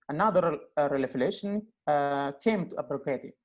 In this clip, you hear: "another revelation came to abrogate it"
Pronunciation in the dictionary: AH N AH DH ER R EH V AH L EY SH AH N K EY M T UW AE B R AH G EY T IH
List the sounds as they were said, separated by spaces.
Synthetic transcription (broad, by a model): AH N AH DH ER L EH F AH L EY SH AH N K EY M T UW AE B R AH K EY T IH